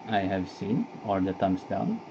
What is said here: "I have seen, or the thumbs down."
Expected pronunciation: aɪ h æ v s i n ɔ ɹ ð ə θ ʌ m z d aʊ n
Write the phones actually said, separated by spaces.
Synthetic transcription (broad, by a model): aɪ h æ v s i n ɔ l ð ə t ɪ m s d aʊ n